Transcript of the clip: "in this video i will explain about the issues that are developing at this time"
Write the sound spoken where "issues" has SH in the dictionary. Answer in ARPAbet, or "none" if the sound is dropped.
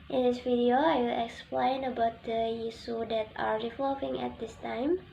S